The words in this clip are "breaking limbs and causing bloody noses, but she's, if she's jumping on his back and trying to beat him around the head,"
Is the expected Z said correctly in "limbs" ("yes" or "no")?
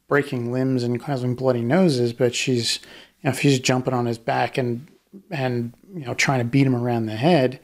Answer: yes